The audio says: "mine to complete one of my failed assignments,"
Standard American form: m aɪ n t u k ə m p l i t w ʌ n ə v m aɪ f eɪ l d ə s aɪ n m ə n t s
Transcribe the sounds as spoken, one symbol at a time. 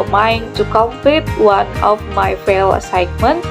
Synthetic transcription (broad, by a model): m aɪ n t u k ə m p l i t w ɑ n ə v m aɪ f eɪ l ə s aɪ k m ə n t